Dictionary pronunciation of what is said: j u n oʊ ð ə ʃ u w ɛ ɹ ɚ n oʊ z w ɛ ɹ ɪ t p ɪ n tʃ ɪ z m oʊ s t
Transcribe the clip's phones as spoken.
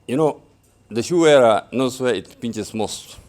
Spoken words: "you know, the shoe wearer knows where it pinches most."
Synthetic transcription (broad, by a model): j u n oʊ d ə ʃ u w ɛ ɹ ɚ n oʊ s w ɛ ɪ t p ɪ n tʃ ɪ s m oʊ s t